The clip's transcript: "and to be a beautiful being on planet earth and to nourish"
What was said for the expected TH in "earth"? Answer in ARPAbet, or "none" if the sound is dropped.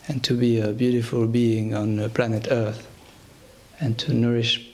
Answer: TH